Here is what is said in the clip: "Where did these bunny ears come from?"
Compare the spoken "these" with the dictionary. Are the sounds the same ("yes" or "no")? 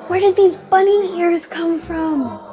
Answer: yes